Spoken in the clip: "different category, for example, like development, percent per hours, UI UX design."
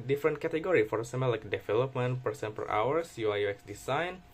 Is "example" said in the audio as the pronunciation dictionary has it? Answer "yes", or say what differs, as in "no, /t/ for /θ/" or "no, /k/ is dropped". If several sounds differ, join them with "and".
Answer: no, /p/ is dropped